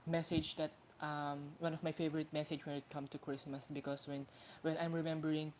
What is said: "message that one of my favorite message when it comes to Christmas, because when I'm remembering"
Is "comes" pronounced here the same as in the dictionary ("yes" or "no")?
no